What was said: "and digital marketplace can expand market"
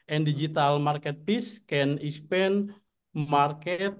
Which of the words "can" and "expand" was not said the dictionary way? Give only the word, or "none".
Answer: expand